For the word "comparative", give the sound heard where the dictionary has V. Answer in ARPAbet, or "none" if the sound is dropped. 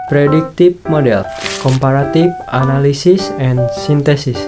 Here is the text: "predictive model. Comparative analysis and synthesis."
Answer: F